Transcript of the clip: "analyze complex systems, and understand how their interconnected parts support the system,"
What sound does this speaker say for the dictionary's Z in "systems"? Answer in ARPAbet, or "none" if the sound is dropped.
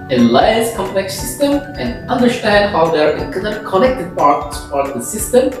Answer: none